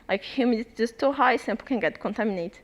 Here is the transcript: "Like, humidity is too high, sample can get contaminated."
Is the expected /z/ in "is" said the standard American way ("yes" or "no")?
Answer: no